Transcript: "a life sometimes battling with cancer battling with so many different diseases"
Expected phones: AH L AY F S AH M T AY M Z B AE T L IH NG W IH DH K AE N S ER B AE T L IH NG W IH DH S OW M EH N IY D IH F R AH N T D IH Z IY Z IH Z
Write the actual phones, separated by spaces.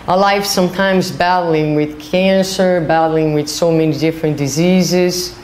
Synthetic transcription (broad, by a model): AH L AY F S AH M T AY M Z B AE T L IH NG W IH DH K AE N S ER B AE T L IH NG W IH DH S OW M EH N IY D IH F R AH N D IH Z IY Z IH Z